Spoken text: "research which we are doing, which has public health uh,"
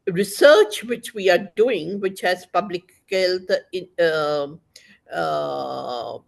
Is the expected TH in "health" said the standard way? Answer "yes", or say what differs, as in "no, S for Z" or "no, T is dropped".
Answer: no, T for TH